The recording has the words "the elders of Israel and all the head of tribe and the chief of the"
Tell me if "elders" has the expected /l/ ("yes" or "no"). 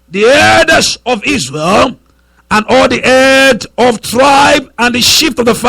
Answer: no